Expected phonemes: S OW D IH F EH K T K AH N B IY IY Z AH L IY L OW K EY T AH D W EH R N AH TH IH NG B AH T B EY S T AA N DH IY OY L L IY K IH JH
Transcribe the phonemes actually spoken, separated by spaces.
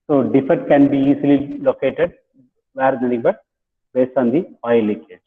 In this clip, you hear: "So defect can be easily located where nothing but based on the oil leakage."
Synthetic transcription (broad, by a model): S OW D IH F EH T K AH N B IY IY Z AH L IY L OW K EY T AH D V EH R N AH T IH NG B AH T B EY S T AA N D IY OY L L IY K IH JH